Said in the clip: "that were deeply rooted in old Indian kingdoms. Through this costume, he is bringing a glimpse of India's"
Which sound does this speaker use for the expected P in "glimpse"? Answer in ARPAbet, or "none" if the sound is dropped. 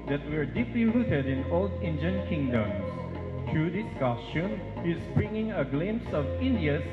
none